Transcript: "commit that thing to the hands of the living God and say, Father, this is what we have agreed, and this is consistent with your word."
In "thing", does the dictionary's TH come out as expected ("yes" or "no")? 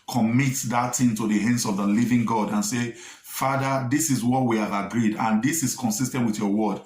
no